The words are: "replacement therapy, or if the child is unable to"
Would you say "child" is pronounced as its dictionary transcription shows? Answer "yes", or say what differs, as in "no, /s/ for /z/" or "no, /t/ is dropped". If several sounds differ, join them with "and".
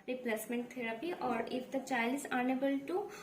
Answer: no, /d/ is dropped